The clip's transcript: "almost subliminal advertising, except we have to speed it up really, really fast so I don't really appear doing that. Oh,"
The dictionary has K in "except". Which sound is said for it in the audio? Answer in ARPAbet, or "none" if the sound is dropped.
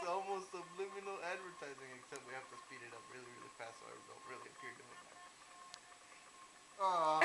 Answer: K